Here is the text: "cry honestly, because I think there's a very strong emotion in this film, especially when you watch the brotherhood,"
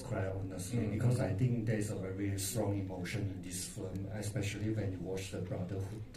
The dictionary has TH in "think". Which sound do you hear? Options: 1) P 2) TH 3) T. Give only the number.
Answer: 3